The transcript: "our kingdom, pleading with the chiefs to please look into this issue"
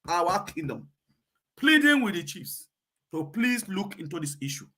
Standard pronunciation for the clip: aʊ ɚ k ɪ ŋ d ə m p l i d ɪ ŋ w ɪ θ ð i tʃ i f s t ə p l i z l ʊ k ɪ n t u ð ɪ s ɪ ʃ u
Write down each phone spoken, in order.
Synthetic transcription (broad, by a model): aʊ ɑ k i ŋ d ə m p l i d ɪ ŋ w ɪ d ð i tʃ i f s t ə p l i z l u k ɪ n t u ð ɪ s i ʃ u